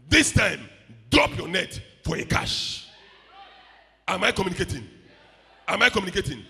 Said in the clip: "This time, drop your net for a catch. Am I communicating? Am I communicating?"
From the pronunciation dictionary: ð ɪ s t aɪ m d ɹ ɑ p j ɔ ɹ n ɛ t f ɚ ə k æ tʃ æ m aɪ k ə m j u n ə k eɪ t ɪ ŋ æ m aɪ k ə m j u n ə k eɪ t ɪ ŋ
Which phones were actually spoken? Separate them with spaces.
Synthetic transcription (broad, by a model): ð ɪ s t aɪ m d ɹ ɑ p j ɔ n ɛ t f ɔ ə k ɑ ʃ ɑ m aɪ k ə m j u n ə k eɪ t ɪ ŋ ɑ m aɪ k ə m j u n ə k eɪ t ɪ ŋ